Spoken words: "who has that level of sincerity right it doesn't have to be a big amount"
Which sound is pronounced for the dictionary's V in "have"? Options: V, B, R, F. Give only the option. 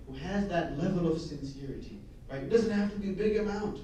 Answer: F